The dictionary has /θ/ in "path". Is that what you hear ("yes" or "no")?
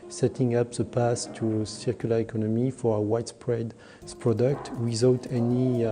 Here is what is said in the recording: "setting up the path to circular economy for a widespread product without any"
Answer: no